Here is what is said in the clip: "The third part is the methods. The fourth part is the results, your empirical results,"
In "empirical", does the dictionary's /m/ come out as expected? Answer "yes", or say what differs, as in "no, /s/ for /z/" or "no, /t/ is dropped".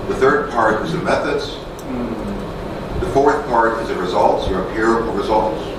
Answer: no, /m/ is dropped